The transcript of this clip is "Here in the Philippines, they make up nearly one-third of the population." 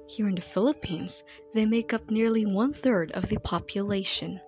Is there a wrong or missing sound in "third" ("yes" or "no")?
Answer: no